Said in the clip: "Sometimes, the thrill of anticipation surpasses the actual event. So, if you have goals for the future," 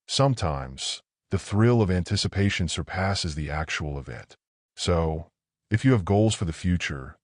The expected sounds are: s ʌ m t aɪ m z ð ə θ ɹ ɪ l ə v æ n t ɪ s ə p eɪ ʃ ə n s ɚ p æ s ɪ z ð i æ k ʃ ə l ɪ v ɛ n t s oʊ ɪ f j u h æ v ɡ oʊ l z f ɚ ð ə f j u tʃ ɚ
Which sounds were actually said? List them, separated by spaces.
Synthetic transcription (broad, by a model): s ʌ m t aɪ m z ð ə θ ɹ ɪ l ə v æ n t ɪ s ə p eɪ ʃ ə n s ɚ p æ s ɪ z ð i æ k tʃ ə l ɪ v ɛ n t s oʊ ɪ f j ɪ v ɡ oʊ l z f ɚ ð ə f j u tʃ ɚ